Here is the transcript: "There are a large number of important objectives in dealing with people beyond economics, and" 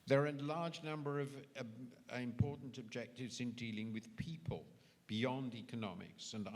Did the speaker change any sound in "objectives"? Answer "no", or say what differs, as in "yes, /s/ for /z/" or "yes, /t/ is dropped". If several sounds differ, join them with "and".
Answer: no